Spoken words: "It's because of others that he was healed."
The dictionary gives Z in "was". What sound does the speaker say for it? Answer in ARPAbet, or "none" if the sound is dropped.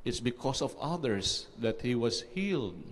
S